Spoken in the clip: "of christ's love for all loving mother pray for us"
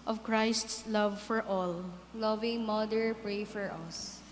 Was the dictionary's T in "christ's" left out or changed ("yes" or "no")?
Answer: no